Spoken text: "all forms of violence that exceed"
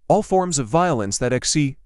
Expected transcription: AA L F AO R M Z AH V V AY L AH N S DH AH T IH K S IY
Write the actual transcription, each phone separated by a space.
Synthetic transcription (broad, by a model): AA L F AO R M Z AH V V AY L AH N S DH AH T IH K S IY